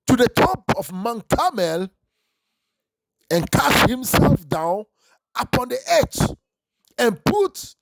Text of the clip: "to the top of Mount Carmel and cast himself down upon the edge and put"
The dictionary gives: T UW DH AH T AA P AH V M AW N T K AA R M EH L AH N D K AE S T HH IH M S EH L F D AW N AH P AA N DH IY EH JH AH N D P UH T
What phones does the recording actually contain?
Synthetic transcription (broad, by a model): T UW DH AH T AA P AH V M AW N K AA M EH L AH N K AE S T HH IH M S EH L F D AW N AH P AA N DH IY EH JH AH N P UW T